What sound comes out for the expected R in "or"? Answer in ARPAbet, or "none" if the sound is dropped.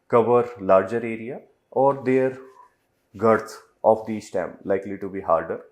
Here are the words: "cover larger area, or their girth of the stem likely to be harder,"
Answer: R